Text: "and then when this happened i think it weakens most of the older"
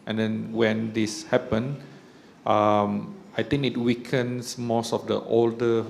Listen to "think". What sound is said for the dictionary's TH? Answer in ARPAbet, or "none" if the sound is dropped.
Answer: T